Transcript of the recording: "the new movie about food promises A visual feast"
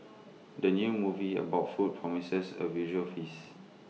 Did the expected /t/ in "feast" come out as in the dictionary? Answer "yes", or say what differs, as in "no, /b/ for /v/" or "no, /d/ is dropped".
no, /t/ is dropped